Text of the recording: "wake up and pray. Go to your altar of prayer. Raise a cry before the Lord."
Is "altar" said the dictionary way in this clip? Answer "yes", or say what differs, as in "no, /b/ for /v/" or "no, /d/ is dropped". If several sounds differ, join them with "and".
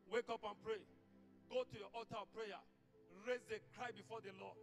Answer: no, /l/ is dropped